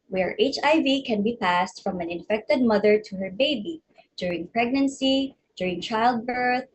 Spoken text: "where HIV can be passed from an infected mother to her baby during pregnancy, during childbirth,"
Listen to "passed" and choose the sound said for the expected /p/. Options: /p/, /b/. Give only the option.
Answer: /p/